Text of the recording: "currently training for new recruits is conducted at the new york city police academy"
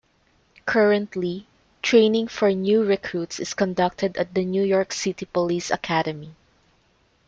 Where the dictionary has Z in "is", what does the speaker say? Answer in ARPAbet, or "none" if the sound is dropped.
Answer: S